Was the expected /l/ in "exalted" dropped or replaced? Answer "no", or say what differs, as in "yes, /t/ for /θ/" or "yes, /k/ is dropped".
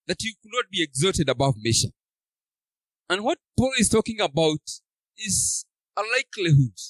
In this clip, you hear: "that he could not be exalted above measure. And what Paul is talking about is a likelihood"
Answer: yes, /l/ is dropped